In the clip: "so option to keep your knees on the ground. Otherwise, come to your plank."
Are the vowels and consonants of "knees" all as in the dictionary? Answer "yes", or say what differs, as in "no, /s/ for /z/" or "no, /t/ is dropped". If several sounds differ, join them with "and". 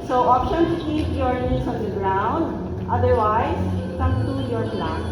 no, /s/ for /z/